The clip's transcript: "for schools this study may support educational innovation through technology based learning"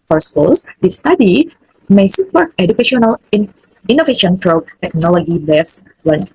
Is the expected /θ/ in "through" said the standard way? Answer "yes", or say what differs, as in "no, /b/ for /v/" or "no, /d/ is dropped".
no, /t/ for /θ/